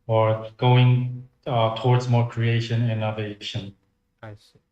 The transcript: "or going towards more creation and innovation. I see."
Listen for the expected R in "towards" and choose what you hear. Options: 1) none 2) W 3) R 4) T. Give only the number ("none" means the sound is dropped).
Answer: 3